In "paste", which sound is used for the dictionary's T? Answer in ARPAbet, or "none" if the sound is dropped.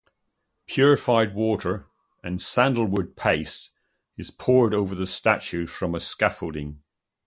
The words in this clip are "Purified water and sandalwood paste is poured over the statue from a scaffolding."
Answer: none